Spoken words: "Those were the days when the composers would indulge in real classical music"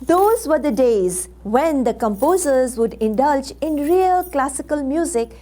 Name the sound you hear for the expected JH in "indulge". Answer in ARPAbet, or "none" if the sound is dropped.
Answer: JH